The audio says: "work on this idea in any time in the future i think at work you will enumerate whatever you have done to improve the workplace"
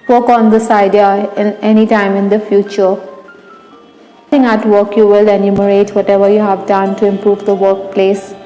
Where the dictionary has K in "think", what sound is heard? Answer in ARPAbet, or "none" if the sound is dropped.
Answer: none